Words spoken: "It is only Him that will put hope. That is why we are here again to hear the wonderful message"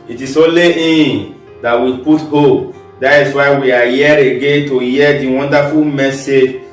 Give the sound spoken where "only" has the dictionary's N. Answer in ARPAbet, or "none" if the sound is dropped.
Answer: none